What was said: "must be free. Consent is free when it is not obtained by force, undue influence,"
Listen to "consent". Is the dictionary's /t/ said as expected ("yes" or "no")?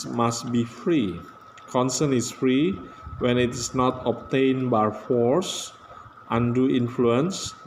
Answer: no